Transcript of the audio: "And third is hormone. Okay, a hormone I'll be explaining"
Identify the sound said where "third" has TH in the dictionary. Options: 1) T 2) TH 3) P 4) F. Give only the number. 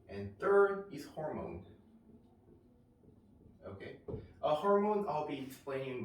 2